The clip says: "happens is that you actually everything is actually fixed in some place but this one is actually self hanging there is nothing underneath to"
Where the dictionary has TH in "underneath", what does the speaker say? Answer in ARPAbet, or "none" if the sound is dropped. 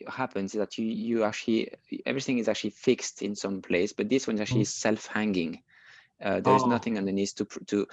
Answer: T